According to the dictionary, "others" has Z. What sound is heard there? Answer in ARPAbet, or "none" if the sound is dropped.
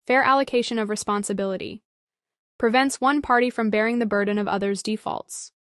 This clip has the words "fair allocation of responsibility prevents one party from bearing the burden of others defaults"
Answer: Z